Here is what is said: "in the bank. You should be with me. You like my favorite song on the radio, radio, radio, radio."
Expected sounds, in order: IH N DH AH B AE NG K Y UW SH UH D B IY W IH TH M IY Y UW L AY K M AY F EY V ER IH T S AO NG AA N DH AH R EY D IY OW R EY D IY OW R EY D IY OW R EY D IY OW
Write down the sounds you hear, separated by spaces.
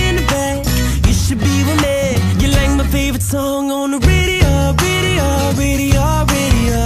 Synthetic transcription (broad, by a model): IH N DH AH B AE K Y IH SH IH D B IY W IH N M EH Y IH L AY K M AY F EY V ER IH T S AO NG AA N DH AH R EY D IY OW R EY D IY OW R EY D IY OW R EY D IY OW